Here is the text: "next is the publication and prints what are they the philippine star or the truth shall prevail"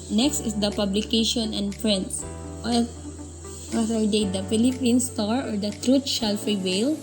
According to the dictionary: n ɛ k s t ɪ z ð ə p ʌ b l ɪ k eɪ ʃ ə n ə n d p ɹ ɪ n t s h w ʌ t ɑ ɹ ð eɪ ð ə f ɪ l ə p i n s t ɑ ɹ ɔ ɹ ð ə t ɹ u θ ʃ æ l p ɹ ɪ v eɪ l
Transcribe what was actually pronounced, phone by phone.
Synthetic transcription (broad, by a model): n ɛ k s t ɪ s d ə p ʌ b l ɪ k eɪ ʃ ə n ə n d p ɹ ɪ n t s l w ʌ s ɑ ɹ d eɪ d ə f ɪ l ə p i n s t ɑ ɹ ɔ ɹ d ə t ɹ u t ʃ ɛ l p ɹ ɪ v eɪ l